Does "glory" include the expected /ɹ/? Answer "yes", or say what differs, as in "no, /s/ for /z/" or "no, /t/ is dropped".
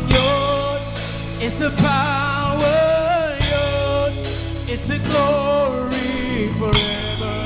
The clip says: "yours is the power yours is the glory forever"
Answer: yes